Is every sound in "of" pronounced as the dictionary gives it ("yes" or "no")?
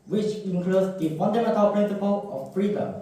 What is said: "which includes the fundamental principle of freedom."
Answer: no